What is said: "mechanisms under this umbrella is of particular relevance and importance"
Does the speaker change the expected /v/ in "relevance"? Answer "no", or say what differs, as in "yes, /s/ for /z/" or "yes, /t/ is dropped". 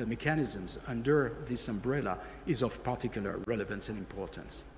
no